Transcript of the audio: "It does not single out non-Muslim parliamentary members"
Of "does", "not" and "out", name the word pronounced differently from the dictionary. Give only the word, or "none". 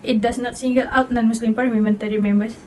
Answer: does